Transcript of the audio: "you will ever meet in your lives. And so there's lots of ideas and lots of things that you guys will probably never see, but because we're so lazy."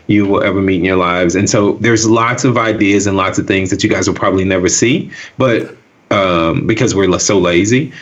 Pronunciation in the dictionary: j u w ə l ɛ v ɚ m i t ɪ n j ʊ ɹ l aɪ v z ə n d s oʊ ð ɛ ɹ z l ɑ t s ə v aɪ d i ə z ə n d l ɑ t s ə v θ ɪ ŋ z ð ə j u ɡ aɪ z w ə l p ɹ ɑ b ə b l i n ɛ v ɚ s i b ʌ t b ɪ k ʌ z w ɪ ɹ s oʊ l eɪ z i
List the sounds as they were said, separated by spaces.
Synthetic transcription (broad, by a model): j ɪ w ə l ɛ v ɚ m i t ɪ n j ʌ ɹ l aɪ v z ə n s oʊ ð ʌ ɹ z l ɑ t s ə v aɪ d i ə z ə n l ɑ t s ə v θ ɪ ŋ z ð ə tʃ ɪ ɡ aɪ z w ə l p ɹ ɑ b ə b l i n ɛ v ɚ s i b ʌ t b ɪ k ʌ z w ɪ ɹ s oʊ l eɪ z i